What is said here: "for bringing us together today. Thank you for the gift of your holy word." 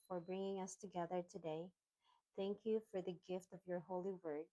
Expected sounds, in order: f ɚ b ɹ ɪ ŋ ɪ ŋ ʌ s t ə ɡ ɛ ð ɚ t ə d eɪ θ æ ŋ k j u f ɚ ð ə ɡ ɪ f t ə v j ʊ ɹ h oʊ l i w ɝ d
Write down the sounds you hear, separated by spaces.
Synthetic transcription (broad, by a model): f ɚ b ɹ ɪ ŋ ɪ ŋ ʌ s t ə ɡ ɛ ð ɚ t ə d eɪ θ æ ŋ k j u f ɚ ð ə ɡ ɪ f t ə v j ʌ ɹ h oʊ l i w ɝ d